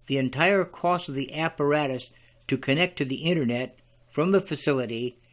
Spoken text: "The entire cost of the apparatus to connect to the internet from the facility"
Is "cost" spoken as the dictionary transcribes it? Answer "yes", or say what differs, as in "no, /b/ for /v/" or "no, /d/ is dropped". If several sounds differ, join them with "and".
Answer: no, /t/ is dropped